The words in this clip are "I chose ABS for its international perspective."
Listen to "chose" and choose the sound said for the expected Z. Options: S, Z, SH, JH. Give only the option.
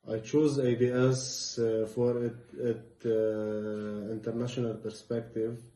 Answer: Z